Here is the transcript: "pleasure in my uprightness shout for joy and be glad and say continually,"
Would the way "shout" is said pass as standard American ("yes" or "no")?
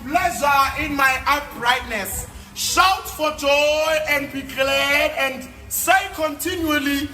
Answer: yes